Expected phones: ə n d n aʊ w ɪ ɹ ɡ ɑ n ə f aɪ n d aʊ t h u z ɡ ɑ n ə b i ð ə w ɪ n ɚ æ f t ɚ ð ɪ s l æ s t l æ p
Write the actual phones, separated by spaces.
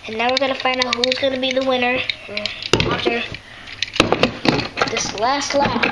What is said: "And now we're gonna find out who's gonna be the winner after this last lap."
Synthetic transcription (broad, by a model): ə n n aʊ w ɪ ɹ ɡ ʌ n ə f aɪ n d aʊ t h u z ɡ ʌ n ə b i ð ə w ɪ n ɚ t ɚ ð ɪ s l æ s t l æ